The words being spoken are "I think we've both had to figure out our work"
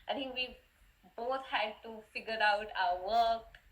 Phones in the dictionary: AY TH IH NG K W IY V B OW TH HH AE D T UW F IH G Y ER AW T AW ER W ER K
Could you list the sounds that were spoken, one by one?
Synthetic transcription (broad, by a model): AY T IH NG K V IY B OW T HH AE D T UW F IH G Y ER AW T AW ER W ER K